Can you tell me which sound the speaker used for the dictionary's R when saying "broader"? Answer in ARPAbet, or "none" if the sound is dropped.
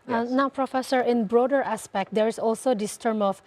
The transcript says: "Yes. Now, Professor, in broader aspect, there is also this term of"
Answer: R